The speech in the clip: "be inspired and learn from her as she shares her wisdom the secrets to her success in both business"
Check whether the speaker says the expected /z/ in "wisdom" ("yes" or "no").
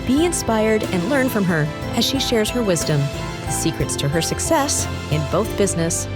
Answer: yes